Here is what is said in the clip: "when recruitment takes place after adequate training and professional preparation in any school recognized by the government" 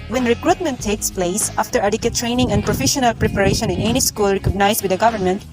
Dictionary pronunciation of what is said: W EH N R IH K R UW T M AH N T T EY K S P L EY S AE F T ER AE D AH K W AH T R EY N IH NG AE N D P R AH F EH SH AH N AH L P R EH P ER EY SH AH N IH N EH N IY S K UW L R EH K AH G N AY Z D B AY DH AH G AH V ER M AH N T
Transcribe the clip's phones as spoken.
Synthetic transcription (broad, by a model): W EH N R IH K R UW T M AH N T T EY K S P L EY S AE F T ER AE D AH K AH T R EY N IH NG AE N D P R AH F EH SH AH N AH L P R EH P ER EY SH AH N IH N EH N IY S K UW L R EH K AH G N AY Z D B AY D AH G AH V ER M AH N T